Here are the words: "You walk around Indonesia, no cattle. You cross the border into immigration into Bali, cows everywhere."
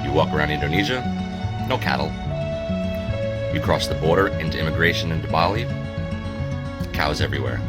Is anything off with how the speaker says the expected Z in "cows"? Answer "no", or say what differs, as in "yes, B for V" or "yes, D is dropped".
no